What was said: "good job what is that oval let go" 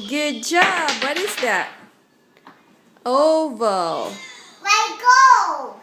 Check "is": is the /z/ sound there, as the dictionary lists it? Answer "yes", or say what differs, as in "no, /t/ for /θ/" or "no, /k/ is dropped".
yes